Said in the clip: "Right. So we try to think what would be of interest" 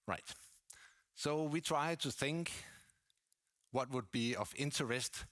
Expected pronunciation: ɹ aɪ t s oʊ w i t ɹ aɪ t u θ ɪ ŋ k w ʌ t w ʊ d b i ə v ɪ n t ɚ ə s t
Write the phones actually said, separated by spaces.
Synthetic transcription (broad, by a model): ɹ aɪ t s oʊ w i t ɹ aɪ t u θ ɪ ŋ k w ʌ t w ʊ d b i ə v ɪ n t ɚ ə s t